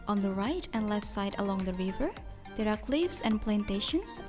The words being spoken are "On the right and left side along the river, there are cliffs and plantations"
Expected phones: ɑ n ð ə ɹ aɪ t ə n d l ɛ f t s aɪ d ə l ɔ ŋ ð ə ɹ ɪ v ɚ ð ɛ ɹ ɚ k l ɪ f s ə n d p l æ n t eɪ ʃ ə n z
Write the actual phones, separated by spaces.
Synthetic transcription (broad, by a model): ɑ n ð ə ɹ aɪ t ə n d l ɛ f t s aɪ d ə l ɔ ŋ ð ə ɹ ɪ v ɚ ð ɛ ɹ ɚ k l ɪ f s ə n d p l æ n t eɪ ʃ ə n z